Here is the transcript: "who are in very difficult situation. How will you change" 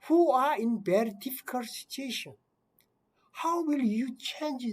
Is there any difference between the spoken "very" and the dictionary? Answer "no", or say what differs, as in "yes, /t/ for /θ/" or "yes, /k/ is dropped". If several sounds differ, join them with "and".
yes, /b/ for /v/